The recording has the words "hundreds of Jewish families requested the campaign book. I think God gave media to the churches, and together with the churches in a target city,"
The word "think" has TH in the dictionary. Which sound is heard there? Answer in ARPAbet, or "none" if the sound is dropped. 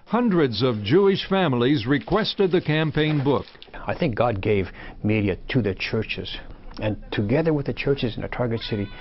TH